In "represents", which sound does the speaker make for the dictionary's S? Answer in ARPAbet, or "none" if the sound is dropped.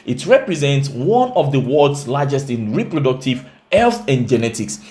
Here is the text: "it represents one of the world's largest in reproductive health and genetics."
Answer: S